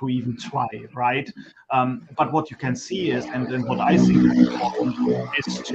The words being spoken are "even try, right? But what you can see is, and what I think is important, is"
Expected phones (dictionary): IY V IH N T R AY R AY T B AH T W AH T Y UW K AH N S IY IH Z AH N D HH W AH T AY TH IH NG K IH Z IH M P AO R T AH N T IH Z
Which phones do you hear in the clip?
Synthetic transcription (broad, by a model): IY V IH N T W AY R AY T B AH T W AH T Y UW K AH N S IY IH Z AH N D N W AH T AY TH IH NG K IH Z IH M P AO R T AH N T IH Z